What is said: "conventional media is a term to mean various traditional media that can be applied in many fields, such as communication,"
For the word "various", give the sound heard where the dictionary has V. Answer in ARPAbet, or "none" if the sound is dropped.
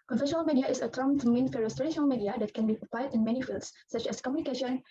F